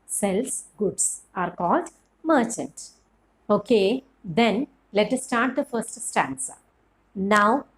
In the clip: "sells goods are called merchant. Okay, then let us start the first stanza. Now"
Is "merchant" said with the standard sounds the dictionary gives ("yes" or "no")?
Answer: yes